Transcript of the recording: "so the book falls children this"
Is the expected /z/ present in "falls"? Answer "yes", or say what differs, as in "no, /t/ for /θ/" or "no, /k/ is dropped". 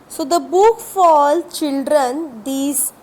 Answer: no, /z/ is dropped